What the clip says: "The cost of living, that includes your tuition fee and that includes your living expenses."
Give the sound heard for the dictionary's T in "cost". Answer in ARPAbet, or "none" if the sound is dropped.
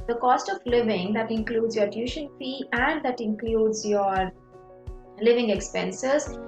T